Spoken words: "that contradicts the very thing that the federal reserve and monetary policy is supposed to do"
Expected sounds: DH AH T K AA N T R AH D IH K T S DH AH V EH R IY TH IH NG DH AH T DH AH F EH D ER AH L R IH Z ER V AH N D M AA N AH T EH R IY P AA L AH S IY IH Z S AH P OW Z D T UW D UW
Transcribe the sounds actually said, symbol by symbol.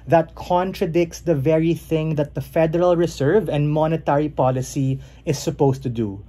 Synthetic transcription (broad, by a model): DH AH T K AA N T R AH D IH K T S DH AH V EH R IY TH IH NG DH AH T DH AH F EH D ER AH L R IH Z ER V AH N D M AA N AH T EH R IY P AA L AH S IY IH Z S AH P OW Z T UW D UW